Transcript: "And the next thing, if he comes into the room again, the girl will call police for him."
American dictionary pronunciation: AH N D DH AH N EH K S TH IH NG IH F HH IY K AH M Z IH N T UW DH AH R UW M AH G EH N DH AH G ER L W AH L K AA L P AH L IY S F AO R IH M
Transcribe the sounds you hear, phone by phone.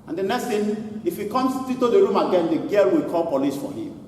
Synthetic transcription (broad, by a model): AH N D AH N EH K S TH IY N IH F HH IY K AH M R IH T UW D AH R UW M AH G EH N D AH G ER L W AH L K AA L P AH L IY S F AO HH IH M